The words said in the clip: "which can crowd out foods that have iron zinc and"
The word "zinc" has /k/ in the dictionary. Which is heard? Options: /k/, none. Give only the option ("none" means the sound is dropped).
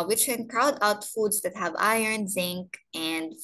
/k/